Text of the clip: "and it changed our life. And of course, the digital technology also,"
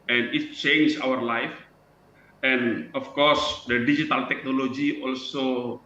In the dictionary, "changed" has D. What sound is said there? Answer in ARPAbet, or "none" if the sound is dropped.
none